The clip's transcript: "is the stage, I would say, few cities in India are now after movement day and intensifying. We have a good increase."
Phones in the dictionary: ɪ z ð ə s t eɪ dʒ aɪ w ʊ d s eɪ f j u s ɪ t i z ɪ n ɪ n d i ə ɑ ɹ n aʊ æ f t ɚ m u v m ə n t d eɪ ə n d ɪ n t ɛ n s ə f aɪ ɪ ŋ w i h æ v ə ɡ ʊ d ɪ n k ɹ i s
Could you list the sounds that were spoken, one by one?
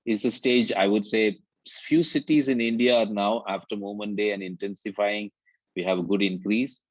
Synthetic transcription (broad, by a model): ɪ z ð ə s t eɪ dʒ aɪ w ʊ d s eɪ f j u s ɪ t i z ɪ n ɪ n d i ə ɑ ɹ n aʊ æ f t ɚ m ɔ m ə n d eɪ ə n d ɪ n t ɛ n s ə f aɪ ɪ ŋ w i h æ v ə ɡ ʊ d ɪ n k ɹ i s